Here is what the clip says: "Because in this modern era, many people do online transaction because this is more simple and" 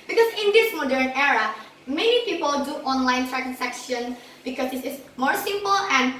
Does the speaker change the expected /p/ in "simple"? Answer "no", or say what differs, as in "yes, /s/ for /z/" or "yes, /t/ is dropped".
no